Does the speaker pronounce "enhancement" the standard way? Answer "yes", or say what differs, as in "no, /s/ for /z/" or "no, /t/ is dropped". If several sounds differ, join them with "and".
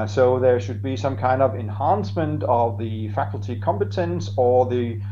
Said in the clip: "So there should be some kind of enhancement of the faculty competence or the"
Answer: yes